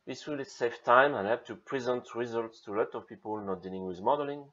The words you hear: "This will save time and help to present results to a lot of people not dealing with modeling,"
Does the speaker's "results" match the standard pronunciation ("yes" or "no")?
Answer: yes